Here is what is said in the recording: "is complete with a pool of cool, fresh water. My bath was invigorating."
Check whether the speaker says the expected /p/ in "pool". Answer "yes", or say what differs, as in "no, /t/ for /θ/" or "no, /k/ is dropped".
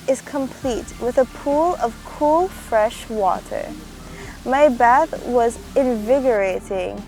yes